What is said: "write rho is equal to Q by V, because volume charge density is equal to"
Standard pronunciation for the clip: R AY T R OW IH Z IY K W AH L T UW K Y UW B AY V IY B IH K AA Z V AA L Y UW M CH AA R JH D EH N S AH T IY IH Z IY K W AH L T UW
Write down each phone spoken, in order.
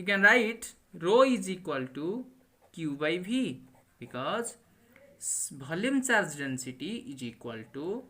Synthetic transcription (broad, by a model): R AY T R OW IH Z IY K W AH L T UW K Y UW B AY B IY B IH K AA Z B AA L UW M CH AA R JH D EH N S AH T IY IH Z IY K W AH L T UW